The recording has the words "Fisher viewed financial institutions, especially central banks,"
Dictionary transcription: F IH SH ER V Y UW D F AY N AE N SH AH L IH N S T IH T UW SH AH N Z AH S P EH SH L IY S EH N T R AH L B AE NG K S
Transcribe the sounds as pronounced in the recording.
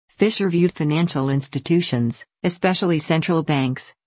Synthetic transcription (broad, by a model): F IH SH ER V Y UW D F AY N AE N SH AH L IH N S T IH T UW SH AH N Z AH S P EH SH L IY S EH N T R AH L B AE NG K S